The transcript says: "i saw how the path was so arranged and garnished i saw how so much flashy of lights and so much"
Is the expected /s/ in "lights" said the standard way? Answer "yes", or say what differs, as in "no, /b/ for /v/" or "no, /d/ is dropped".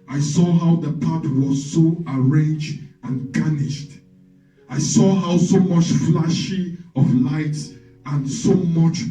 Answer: yes